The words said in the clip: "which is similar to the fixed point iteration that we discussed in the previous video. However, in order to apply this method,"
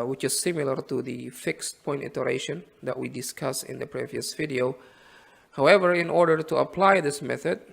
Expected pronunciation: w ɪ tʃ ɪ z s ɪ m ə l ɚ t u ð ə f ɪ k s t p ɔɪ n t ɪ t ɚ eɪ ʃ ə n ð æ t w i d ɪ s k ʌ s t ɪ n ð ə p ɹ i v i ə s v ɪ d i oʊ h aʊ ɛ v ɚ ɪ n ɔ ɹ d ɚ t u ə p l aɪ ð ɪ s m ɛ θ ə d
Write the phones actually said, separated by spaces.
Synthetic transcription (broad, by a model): w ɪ tʃ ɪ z s ɪ m ə l ɚ t u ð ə f ɪ k s t p ɔɪ n t ɪ t ɚ eɪ ʃ ə n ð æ t w i d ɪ s k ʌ s ɪ n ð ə p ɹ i v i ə s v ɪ d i oʊ h aʊ ɛ v ɚ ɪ n ɔ ɹ d ɚ t u ə p l aɪ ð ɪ s m ɛ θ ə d